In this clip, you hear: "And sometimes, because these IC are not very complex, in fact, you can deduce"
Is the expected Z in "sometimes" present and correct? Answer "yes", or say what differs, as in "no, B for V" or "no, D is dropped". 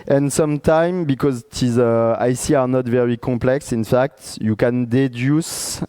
no, Z is dropped